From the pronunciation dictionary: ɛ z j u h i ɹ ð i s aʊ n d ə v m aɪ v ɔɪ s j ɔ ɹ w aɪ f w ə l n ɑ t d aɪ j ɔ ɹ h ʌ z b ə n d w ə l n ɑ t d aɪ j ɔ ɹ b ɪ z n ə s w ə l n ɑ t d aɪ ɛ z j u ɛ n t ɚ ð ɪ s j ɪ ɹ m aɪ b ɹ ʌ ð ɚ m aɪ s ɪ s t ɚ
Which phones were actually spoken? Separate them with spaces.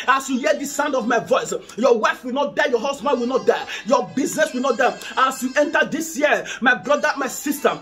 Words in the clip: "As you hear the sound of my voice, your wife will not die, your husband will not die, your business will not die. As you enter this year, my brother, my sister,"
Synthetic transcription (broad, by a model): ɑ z j u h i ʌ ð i s aʊ n d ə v m aɪ v ɔɪ s j ɔ w aɪ f w ə l n ɑ t d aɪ j ɔ h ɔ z b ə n d w ə l n ɑ t d aɪ j ɔ b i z n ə s w ə l n ɑ t d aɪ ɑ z j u ɛ n t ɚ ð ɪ s j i m aɪ b ɹ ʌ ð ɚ m aɪ s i s t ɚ